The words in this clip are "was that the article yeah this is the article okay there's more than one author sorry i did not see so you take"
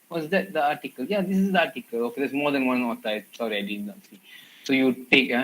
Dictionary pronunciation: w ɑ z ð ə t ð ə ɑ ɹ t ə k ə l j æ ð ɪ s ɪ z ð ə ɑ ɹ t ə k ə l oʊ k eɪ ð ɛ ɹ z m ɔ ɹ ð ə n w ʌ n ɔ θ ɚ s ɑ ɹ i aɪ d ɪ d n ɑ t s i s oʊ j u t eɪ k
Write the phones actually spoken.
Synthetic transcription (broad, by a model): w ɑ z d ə t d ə ɑ t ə k ə l j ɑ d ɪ s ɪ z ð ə ɑ t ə k ə l oʊ k eɪ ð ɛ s m ɔ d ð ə n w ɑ n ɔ t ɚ s ɑ ɹ i aɪ d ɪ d n ɑ t s i s oʊ j u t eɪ k